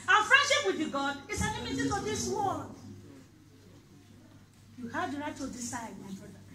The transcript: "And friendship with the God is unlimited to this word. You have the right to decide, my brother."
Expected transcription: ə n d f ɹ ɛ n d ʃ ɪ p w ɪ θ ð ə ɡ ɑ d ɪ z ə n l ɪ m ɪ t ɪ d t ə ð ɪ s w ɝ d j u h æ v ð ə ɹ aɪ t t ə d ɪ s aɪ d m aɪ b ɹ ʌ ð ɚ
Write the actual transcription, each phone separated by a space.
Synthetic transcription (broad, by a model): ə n f ɹ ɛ n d ʃ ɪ p w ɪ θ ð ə ɡ ɑ d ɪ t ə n ɪ m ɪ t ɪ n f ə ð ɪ s w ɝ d j u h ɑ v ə ɹ aɪ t t ə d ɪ s aɪ d m aɪ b ɹ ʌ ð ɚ